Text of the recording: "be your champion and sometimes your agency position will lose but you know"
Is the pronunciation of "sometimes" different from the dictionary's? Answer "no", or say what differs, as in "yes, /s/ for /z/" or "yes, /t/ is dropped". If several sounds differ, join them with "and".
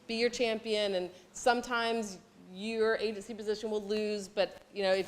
no